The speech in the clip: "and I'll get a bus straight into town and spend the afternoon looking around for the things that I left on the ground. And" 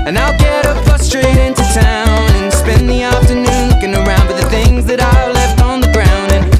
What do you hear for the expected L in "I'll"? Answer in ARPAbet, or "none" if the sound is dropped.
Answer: L